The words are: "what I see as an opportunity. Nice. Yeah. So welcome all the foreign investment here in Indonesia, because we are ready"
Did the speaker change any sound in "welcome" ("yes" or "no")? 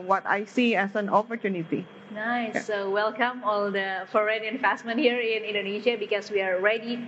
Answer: no